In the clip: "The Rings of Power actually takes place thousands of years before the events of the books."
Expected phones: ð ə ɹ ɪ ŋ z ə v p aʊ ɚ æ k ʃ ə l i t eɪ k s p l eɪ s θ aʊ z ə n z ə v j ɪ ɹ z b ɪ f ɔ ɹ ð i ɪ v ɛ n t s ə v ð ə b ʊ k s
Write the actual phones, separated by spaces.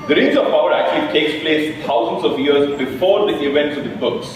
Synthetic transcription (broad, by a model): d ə ɹ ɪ z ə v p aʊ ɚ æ k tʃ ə l i t eɪ k s p l eɪ s t aʊ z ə n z ə v j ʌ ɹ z b ɪ f ɔ ɹ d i ɪ v ɛ n t s ə v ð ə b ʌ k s